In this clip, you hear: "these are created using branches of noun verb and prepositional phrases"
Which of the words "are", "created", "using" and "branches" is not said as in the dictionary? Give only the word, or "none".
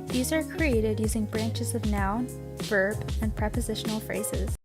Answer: none